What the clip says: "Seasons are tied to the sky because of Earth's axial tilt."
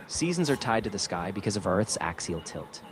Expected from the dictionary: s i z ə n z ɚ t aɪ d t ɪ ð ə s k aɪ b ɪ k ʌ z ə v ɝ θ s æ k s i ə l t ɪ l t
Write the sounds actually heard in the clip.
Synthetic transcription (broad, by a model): s i z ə n z ɚ t aɪ d t ɪ ð ə s k aɪ b ɪ k ʌ z ə v ɝ θ s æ k s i l t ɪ l t